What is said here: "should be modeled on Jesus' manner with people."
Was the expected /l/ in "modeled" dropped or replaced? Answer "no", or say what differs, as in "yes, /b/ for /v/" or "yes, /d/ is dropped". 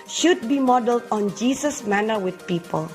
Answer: no